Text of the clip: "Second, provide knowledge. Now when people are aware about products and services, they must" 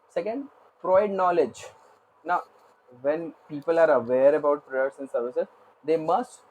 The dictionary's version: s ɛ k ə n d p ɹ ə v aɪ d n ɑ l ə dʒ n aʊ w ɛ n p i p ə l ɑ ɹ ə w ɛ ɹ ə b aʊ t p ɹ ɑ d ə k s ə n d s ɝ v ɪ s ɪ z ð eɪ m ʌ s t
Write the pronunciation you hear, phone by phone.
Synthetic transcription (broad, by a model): s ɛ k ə n d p ɹ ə ɪ d n ɑ l ə dʒ n aʊ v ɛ n p i p ə l ɑ ɹ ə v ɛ ɹ ə b aʊ t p ɹ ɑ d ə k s ə n d s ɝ v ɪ s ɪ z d eɪ m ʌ s t